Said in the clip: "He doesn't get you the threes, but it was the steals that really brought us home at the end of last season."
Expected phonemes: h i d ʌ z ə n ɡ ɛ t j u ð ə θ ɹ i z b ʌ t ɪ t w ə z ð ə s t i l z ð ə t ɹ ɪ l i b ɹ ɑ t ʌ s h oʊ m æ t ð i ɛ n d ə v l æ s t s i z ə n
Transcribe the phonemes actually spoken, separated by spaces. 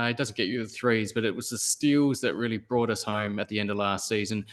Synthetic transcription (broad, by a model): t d ʌ z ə n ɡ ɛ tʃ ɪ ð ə θ ɹ i z b ʌ t ɪ t w ə z ð ə s t i l z ð ə t ɹ ɪ l i b ɹ ɑ t ʌ s h oʊ m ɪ t ð i ɛ n d ə v l æ s t s i z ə n